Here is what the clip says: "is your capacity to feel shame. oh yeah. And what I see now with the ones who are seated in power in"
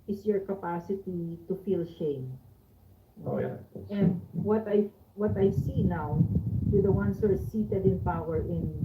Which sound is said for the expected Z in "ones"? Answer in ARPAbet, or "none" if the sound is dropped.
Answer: S